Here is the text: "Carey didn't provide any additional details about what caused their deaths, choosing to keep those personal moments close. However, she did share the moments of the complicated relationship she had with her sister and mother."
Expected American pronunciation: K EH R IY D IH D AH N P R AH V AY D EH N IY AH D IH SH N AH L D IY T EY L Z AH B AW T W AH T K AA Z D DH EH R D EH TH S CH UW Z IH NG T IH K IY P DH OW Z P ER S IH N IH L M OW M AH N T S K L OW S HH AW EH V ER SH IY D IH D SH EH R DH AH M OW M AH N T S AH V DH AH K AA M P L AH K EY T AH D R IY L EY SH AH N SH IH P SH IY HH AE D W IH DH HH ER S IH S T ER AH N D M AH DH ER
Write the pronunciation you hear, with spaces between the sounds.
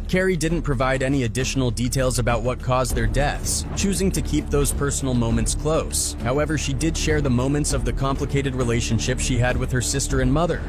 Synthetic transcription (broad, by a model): K EH R IY D IH D N P R AH V AY D EH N IY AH D IH SH N L D IY T EY L Z AH B AW T W AH T K AA Z DH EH R D EH TH S CH UW Z IH NG T IH K IY P DH OW Z P ER S N L M OW M AH N T S K L OW S HH AW EH V ER SH IY D IH D SH EH R DH AH M OW M AH N T S AH V DH AH K AA M P L AH K EY T AH D R IY L EY SH AH N SH IH P SH IY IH D W IH DH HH ER S IH S T ER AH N M AH DH ER